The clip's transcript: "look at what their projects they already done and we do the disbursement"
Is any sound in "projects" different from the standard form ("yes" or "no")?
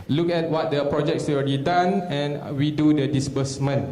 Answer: no